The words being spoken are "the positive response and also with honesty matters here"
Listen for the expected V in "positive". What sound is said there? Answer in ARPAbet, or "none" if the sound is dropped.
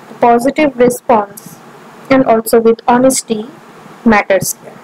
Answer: V